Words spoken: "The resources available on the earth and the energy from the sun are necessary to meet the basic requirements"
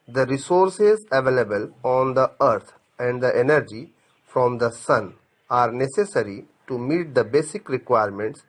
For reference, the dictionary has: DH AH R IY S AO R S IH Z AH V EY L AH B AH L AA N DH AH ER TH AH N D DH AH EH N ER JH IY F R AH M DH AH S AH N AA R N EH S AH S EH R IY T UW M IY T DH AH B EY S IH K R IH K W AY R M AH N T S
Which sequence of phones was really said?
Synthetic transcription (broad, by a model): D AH R IY S AO R S IH Z AH V EY L AH B AH L AA N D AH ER T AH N D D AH EH N ER JH IY F R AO M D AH S AH N AA R N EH S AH S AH R IY T UW M IY T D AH B EY S IH K R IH K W AY R M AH N T S